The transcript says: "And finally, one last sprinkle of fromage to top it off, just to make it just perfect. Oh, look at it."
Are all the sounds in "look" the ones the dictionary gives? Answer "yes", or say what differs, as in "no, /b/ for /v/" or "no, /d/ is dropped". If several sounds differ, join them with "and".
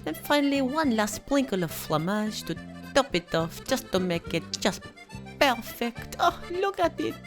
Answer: yes